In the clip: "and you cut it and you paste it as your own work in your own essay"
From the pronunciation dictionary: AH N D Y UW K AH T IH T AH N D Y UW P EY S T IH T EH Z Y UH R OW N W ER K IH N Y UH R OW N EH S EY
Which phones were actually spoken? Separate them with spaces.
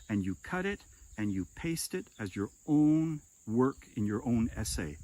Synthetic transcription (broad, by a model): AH N Y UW K AH T IH T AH N Y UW P EY S T IH T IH Z Y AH R OW N W ER K IH N Y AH R OW N EH S EY